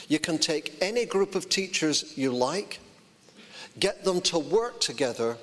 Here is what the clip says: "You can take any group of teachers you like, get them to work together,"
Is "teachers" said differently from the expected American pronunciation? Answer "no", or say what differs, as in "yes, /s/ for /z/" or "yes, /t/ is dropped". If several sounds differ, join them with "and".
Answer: no